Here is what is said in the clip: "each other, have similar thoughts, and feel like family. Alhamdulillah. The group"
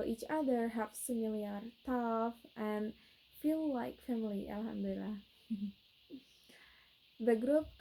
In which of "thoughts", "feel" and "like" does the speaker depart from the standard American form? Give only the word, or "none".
thoughts